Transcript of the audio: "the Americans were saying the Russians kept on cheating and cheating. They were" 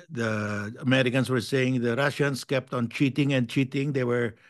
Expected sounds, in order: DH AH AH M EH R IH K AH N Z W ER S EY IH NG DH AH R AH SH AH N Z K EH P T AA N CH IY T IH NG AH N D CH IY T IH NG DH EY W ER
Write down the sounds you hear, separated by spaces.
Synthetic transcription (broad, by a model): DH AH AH M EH R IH K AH N S W ER S EY IH NG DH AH R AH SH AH N S K EH P T AA N CH IY T IH NG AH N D CH IY T IH NG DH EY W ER